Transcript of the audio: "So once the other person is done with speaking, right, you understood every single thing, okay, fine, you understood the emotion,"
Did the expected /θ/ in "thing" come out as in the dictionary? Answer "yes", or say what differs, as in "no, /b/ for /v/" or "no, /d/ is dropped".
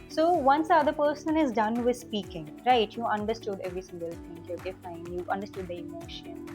no, /t/ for /θ/